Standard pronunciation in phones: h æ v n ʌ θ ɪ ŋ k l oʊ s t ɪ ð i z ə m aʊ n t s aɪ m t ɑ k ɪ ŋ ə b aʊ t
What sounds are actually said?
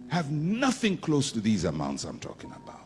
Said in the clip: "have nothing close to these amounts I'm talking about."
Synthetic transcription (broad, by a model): h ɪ v n ʌ θ ɪ ŋ k l oʊ s t ɪ ð i z ə m aʊ n t s aɪ m t ɑ k ɪ ŋ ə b aʊ t